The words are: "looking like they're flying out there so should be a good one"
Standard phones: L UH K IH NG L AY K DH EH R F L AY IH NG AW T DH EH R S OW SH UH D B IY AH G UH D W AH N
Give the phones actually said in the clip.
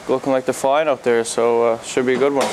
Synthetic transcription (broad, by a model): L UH K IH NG L AY K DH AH F AY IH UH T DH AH R S OW SH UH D B IY AH G UH D W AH N